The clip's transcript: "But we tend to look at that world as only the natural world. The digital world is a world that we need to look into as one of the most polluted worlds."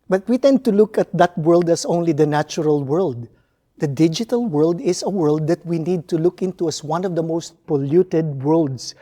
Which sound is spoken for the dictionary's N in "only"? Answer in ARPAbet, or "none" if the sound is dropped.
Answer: N